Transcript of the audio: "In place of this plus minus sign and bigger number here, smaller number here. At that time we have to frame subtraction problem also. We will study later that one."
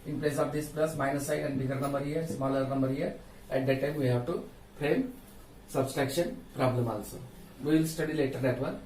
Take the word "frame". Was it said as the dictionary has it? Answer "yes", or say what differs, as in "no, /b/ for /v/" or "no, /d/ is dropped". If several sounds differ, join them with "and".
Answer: no, /p/ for /f/